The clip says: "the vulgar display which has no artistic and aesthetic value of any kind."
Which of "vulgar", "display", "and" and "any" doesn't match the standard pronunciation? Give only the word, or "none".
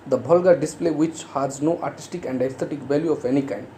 vulgar